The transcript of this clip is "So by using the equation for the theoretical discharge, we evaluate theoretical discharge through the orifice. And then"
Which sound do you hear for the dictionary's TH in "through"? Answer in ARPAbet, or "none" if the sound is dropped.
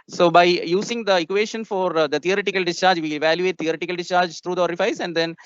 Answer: T